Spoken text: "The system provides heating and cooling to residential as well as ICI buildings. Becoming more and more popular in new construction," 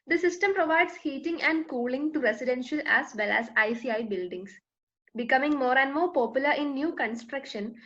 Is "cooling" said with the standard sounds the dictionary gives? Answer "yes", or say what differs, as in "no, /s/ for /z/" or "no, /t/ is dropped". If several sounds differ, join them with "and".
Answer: yes